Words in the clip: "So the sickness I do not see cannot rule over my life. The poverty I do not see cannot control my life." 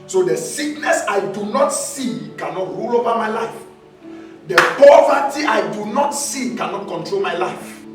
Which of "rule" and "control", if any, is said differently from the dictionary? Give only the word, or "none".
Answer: none